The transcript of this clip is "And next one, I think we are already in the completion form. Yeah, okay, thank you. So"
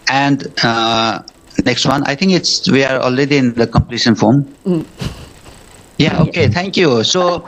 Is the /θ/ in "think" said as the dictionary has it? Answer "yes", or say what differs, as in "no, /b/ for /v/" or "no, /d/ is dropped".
no, /t/ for /θ/